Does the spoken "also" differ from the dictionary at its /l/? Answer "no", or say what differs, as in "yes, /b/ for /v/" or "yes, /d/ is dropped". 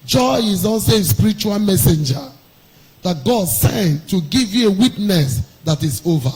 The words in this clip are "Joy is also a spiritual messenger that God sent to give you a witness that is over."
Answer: yes, /n/ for /l/